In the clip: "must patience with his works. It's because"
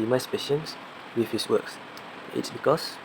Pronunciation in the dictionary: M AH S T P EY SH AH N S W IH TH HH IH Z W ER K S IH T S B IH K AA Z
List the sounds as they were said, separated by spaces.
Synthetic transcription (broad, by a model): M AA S P EY SH AH N S W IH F HH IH S W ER K S IH T S B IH K AA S